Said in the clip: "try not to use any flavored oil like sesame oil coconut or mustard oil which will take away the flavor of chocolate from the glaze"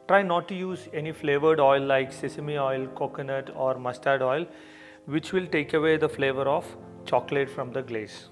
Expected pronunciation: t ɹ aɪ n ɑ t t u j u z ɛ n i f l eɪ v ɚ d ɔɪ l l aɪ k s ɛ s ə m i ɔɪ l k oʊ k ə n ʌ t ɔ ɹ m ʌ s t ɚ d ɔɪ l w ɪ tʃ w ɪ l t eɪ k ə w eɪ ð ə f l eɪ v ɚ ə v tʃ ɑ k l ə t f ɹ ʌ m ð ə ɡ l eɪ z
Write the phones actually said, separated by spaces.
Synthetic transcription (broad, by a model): t ɹ aɪ n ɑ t t u j u z ɛ n i f l eɪ v ɚ d ɔɪ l l aɪ k s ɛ s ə m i ɔɪ l k oʊ k ə n ʌ t ɔ ɹ m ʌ s t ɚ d ɔɪ l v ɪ tʃ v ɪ l t eɪ k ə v eɪ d ə f l eɪ v ɚ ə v tʃ ɑ k l ə t f ɹ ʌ m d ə ɡ l eɪ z